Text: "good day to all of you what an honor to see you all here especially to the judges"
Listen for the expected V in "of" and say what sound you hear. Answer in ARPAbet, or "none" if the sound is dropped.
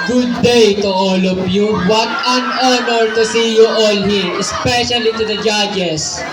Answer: P